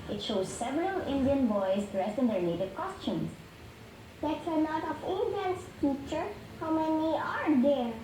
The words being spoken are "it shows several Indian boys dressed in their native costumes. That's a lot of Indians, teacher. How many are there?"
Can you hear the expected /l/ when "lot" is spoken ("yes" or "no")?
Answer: no